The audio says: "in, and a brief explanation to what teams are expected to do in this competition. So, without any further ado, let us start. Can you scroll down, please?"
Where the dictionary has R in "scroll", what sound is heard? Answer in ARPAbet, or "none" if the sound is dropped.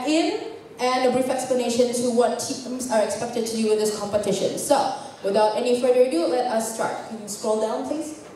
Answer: R